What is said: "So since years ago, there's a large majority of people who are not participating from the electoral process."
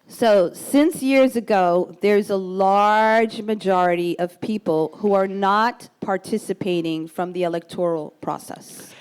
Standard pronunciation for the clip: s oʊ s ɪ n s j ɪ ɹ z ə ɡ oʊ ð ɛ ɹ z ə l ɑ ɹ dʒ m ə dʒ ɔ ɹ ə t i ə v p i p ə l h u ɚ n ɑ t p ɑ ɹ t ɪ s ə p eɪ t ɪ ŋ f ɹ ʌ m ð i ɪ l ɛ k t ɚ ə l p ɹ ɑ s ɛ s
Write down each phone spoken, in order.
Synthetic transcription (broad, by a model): s oʊ s ɪ n s j ɪ ɹ z ə ɡ oʊ ð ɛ ɹ z ə l ɑ ɹ dʒ m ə dʒ ɔ ɹ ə t i ə v p i p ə l h u ɚ n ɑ t p ɑ ɹ t ɪ s ə p eɪ t ɪ ŋ f ɹ ʌ m ð i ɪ l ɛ k t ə l p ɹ ɑ s ɛ s